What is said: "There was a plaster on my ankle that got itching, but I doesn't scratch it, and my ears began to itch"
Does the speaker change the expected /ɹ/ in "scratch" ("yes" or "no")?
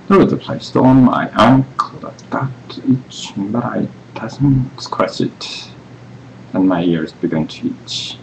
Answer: yes